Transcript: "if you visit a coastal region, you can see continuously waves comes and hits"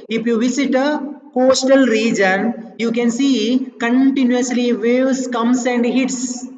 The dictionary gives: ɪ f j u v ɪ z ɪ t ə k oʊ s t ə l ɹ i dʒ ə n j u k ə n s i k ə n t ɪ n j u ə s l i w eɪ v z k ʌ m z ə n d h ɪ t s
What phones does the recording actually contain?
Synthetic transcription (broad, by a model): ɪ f j u v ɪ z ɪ t ə k oʊ s t ə l ɹ i dʒ ə n j u k ə n s i k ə n t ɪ n j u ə s l i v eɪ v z k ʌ m s ə n d h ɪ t s